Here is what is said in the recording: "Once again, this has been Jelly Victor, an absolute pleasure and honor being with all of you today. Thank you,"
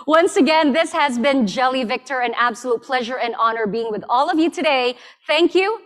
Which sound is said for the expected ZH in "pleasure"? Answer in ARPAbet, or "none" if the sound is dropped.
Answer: ZH